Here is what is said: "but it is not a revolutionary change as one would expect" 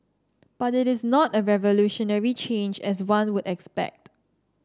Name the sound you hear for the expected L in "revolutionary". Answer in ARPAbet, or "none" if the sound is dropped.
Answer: L